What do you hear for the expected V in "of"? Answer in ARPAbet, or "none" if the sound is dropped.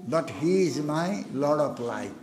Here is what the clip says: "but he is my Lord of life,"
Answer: P